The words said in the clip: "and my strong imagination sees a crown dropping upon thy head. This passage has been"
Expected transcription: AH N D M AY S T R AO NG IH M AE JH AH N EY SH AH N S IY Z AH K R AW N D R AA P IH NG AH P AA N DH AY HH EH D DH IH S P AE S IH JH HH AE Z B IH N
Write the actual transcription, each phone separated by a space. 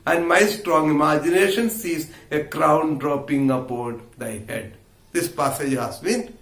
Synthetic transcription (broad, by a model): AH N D M AY S T R AO NG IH M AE JH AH N EY SH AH N S IY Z AH K R AW N D R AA P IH NG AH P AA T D AY HH EH D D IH S P AE S IH JH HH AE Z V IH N